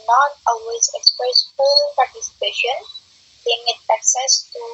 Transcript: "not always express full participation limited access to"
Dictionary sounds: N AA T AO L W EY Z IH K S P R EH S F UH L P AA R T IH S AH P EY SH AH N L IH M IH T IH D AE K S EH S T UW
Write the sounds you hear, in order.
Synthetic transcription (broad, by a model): N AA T AO L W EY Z IH K S P R EH S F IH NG P AA R T IH S AH P EY SH AH N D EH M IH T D AE K S EH S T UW